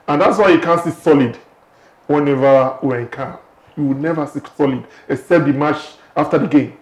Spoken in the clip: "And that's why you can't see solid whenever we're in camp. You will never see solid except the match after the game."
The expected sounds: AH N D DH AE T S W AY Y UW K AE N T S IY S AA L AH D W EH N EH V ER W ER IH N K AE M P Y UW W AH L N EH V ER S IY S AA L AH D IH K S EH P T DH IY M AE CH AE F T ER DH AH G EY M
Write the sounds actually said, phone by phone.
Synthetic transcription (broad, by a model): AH N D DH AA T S W AY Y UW K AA N S IY S AA L AH D W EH N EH V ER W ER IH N K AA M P Y UW W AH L N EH V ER S IY S AA L AH D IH S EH T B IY M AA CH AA F T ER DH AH G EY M